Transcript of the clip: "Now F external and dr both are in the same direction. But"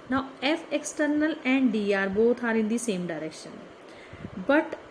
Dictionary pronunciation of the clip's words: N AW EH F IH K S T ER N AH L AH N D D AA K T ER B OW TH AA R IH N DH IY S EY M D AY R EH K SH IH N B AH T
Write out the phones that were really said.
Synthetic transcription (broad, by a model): N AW EH F IH K S T ER N AH L AH N D D AA T B OW T AA R IH N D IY S EY M D AY R EH K SH IH N B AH T